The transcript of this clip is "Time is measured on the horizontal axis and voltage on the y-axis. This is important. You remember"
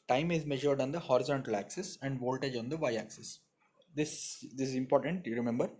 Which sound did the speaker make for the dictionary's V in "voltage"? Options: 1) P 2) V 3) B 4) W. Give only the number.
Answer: 2